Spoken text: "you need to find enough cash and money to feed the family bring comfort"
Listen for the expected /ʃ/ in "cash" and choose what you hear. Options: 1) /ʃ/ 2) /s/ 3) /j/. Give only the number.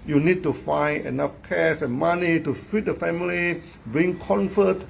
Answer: 2